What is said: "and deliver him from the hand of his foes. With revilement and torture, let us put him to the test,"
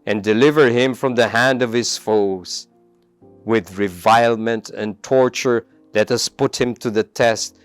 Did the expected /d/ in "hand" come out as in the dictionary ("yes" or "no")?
yes